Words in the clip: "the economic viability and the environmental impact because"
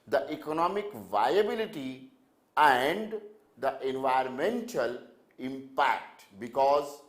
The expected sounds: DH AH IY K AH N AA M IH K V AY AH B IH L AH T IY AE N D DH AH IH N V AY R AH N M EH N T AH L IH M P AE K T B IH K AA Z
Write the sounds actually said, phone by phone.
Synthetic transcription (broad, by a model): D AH IY K AH N AA M IH K V AY AH B IH L AH T IY AE N D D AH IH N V AY AH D M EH N T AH L IH M P AE K T B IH K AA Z